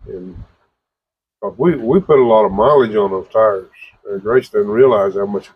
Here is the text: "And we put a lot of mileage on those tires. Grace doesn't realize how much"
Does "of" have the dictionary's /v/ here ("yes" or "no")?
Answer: yes